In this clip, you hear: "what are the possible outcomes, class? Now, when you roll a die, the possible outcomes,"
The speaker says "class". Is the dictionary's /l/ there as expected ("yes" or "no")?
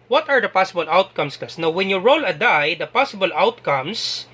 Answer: no